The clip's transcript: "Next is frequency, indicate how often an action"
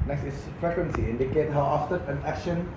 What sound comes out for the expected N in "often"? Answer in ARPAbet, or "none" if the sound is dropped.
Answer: none